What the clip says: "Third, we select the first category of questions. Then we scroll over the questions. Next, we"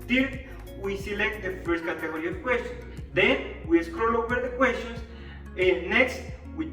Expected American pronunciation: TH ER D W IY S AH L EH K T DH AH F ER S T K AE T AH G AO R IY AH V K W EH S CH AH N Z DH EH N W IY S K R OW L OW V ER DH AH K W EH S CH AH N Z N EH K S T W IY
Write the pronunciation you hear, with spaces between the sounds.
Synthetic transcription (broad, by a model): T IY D W IY S AH L EH K T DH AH F ER S T K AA T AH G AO R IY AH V K W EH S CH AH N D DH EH N W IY S K R OW L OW W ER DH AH K W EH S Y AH N S N EH K S T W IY